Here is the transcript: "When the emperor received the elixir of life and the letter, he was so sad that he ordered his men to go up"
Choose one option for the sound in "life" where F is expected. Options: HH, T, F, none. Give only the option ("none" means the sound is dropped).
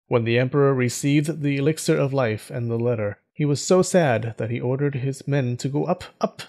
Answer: F